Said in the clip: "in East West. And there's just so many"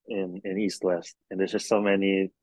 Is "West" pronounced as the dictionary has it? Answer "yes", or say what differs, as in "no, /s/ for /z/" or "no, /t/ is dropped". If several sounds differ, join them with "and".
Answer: yes